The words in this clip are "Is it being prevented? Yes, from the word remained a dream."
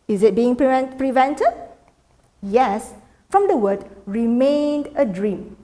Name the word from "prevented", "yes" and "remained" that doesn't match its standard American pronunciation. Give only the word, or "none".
none